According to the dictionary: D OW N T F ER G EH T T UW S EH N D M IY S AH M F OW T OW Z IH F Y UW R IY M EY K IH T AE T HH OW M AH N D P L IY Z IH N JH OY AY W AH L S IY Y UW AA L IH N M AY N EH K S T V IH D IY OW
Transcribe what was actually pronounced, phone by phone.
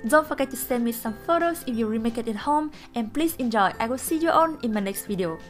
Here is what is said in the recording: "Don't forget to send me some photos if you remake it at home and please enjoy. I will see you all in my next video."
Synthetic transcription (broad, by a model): D OW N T F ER G EH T T UW S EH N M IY S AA M F OW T OW S IH F Y UW R IY M EY K IH T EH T HH OW M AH N P L IY S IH N JH OY AY W AH L S IY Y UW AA N IH N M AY N EH K S T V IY D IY OW